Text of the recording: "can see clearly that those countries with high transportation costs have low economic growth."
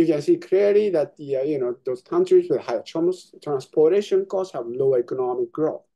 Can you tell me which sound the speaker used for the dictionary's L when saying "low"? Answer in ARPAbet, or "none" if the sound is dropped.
N